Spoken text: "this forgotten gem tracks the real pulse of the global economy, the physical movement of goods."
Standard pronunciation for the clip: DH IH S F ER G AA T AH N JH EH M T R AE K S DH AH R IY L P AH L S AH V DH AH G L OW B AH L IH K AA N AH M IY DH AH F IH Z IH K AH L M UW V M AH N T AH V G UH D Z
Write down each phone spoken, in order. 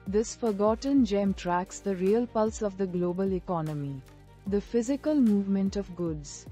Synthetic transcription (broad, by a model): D IH S F ER G AA T AH N JH EH M T R AE K S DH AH R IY L P AH L S AH V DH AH G L OW B AH L IH K AA N AH M IY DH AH F IH Z IH K AH L M UW V M AH N T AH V G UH D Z